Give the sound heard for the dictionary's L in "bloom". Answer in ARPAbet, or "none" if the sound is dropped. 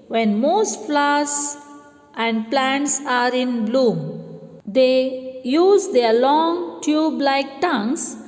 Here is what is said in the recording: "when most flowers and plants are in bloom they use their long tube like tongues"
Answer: L